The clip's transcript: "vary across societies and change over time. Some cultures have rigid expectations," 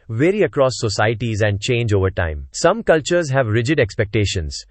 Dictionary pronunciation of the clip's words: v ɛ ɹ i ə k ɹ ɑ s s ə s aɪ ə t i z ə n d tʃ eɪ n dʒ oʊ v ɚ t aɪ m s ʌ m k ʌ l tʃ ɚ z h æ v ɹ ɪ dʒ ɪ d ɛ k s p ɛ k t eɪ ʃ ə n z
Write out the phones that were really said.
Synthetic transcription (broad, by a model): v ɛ ɹ i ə k ɹ ɑ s s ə s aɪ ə t i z ə n d tʃ eɪ n dʒ oʊ v ɚ t aɪ m s ʌ m k ʌ l tʃ ɚ z h æ v ɹ ɪ dʒ ɪ d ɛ k s p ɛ k t eɪ ʃ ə n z